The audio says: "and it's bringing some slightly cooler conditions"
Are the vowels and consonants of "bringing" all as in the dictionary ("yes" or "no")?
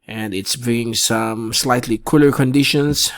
no